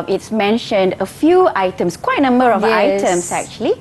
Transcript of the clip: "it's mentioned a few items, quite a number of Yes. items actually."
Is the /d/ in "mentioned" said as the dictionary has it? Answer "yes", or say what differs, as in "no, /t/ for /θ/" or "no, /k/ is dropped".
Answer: yes